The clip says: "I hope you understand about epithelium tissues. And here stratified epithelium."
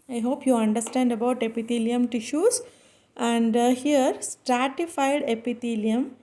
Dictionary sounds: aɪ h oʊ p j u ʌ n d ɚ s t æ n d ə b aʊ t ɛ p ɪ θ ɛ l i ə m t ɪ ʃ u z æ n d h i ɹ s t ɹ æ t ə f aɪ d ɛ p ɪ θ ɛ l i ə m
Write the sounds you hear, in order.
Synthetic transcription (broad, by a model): aɪ h oʊ p j u ʌ n d ɚ s t æ n d ə b aʊ t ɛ p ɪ t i l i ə m t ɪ ʃ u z æ n d h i ɹ s t ɹ æ t ə f aɪ d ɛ p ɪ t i l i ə m